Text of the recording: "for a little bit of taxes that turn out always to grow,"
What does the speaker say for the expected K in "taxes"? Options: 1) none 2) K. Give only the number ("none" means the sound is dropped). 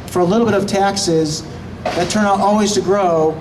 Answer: 2